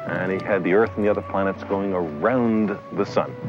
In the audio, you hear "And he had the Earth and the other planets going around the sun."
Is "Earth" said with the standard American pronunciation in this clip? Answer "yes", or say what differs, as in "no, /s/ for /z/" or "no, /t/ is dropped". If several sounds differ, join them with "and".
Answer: yes